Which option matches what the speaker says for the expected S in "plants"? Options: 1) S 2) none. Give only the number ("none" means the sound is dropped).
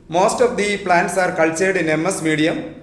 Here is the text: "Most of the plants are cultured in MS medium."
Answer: 1